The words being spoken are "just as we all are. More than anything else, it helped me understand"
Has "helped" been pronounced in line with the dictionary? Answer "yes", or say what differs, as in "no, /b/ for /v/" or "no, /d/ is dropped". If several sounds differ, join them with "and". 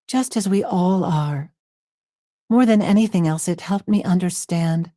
yes